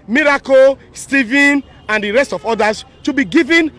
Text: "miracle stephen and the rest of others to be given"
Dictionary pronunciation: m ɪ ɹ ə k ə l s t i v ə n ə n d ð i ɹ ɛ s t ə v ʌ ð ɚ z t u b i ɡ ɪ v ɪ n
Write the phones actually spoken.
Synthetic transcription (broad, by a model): m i ɹ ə k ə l s t i v ə n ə n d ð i ɹ ɛ s t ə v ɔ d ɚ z t u b i ɡ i v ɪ n